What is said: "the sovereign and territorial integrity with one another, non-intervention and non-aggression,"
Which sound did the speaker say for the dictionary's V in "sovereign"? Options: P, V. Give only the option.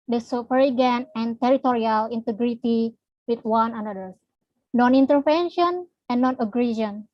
P